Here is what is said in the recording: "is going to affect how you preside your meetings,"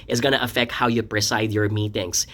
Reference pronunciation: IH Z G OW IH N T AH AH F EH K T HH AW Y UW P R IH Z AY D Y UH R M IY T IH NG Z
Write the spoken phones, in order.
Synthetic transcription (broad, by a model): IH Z G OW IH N T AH AH F EH K T HH AW Y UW P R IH S AY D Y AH R M IY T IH NG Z